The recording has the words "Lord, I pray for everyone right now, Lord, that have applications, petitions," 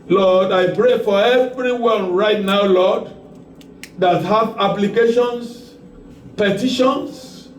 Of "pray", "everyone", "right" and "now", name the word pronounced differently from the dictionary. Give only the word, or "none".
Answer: none